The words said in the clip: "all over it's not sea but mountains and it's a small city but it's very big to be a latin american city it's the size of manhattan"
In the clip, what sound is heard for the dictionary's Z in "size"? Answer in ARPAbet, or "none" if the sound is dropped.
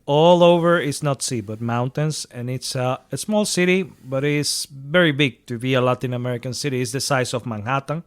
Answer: S